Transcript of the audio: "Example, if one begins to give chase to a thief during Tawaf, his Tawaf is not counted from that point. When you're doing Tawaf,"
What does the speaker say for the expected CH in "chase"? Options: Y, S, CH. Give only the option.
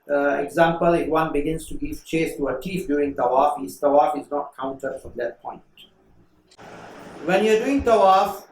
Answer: CH